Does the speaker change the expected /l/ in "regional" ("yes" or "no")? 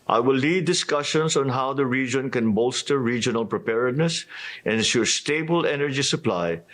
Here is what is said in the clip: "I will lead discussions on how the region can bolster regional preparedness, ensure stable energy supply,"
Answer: no